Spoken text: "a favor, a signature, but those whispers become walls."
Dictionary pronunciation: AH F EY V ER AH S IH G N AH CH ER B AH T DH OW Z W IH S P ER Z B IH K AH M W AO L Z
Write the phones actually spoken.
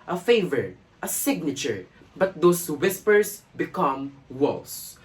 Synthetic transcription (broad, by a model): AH F EY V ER AH S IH G N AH CH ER B AH T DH OW S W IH S P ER S B IH K AH M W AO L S